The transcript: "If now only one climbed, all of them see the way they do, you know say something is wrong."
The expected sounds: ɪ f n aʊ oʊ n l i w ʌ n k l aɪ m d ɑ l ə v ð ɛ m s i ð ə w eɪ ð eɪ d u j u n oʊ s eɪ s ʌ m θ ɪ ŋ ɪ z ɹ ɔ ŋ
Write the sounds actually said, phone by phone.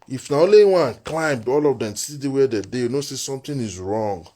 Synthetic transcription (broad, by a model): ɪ f n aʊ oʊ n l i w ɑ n k l aɪ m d ɑ l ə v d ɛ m s i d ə w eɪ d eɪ d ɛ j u n oʊ s eɪ s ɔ m t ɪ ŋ ɪ z ɹ ɔ ŋ